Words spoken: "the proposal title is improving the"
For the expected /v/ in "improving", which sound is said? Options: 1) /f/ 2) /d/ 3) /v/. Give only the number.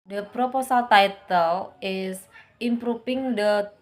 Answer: 1